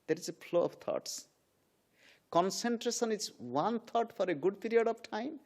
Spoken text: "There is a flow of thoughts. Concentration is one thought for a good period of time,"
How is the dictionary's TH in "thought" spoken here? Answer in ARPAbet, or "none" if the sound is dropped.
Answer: T